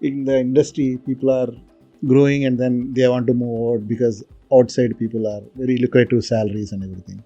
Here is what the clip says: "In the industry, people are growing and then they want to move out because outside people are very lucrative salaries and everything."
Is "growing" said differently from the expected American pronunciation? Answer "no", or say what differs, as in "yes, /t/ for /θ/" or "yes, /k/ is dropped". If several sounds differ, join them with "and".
no